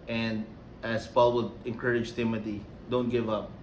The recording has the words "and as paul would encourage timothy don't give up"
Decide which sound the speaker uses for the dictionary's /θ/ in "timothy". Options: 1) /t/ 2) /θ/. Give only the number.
1